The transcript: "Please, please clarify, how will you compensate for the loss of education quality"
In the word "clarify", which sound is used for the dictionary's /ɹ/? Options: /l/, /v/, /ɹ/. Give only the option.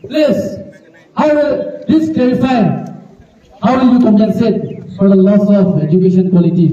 /ɹ/